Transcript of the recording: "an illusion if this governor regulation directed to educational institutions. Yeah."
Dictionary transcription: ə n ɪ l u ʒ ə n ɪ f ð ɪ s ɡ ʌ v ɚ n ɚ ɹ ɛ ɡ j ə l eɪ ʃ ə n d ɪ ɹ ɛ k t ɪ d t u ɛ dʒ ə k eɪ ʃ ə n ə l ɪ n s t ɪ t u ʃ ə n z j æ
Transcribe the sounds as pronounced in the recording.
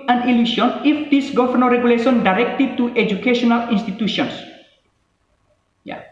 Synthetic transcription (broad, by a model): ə n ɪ l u s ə n ɪ f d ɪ s ɡ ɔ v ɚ n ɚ ɹ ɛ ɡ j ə l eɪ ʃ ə n d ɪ ɹ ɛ k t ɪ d t u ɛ dʒ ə k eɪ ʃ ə n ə l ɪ n s t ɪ t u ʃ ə n s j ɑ